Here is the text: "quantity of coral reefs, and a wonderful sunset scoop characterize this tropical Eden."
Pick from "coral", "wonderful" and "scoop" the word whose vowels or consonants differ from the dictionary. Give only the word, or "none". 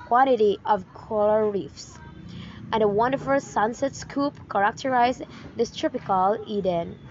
coral